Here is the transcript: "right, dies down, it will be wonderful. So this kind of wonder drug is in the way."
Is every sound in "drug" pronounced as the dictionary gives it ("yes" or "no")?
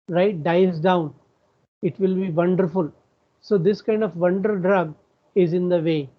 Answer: yes